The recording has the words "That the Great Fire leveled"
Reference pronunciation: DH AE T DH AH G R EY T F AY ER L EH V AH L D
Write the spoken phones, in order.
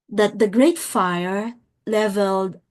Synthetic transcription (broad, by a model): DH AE T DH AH G R EY T F AY ER L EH V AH L D